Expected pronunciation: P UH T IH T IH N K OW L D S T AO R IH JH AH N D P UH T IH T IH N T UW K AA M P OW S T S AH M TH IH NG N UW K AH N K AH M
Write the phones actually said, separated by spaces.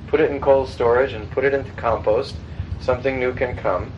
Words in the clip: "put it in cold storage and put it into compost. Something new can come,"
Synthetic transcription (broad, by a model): P UH T IH T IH N K OW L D S T AO R IH JH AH N P UH T IH T IH N T UW K AA M P OW S T S AH M TH IH NG N UW K AH N K AH M